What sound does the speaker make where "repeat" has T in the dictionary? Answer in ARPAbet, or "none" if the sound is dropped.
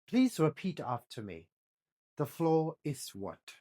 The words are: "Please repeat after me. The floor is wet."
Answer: T